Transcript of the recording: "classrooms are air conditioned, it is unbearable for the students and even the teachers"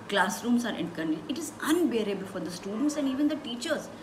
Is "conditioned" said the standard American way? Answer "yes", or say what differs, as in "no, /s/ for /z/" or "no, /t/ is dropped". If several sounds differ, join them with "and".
no, /ʃ/ is dropped